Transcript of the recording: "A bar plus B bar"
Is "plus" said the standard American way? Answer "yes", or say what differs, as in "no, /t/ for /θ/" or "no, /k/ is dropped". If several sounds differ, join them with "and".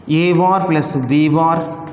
yes